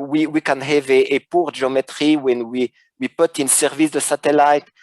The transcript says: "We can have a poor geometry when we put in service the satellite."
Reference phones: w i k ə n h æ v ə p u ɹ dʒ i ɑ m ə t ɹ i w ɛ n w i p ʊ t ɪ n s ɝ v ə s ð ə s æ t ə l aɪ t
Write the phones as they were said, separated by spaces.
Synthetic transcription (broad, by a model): w i k ə n h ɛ v ə p u ɹ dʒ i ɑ m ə t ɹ i w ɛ n w i p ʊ t ɪ n s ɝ v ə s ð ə s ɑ t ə l aɪ t